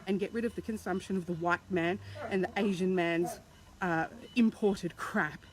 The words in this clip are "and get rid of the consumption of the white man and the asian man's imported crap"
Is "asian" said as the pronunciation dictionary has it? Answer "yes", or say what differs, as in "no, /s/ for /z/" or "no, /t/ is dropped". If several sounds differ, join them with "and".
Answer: yes